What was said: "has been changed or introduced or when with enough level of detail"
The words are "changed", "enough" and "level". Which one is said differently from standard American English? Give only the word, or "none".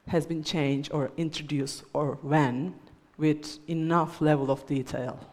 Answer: none